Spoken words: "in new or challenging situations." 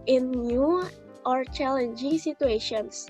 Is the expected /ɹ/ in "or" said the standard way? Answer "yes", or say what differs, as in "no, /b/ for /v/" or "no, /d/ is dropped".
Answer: yes